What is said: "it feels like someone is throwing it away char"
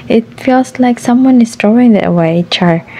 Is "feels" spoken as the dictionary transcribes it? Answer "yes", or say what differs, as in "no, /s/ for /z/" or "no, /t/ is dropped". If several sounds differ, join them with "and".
no, /s/ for /z/